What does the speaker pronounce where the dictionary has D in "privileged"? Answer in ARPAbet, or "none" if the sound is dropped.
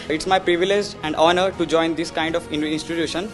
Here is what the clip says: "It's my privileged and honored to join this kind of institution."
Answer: none